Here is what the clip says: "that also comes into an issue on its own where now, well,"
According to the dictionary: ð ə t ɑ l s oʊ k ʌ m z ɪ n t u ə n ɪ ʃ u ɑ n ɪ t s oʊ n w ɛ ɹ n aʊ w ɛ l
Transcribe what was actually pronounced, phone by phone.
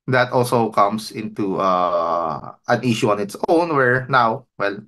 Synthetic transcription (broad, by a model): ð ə t ɑ l s oʊ k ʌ m s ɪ n t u ə n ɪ ʃ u ɑ n ɪ t s oʊ n w ɛ ɹ n aʊ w ɛ l